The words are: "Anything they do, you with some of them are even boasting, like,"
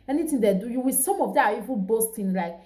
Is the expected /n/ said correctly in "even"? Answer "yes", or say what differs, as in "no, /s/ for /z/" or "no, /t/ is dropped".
no, /l/ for /n/